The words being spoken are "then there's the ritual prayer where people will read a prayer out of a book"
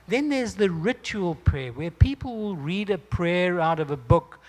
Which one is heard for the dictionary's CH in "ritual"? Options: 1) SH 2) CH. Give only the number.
2